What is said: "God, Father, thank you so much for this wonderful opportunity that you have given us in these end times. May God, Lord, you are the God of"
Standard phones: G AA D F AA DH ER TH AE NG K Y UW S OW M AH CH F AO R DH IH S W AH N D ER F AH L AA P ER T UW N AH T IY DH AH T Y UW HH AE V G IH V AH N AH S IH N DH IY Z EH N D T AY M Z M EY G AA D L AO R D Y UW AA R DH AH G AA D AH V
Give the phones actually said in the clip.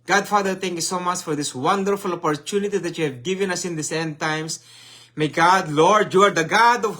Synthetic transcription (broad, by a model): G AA D F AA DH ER T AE NG K Y UW S OW M AH CH F AO R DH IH S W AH N D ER F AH L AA P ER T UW N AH T IY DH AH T Y UW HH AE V G IH V AH N AH S IH N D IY S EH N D T AY M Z M EY G AA D L AO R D Y UW AA R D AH G AA D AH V